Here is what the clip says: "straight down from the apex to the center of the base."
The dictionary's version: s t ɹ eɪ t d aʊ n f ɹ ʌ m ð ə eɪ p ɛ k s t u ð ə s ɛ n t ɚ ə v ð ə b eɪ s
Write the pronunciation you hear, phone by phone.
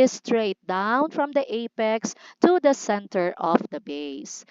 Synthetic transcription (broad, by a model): s t ɹ eɪ t d aʊ n f ɹ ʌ m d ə eɪ p ɛ k s t u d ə s ɛ n t ɚ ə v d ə b eɪ s